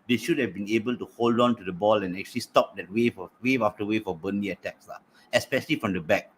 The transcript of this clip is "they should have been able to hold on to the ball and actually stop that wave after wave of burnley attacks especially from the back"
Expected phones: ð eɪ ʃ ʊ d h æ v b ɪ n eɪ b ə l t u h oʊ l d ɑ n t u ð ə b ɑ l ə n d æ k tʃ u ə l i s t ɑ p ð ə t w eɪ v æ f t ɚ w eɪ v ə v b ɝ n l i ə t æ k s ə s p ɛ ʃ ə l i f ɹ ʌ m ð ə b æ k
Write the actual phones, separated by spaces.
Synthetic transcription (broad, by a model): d eɪ ʃ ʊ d h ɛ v b ɪ n eɪ b ə l t u h oʊ l d ɑ n t u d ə b ɑ l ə n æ k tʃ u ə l i s t ɑ p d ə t w eɪ v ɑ f t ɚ w eɪ f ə b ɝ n i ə t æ k s ə s p ɛ ʃ ə l i f ɹ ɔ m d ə b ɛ k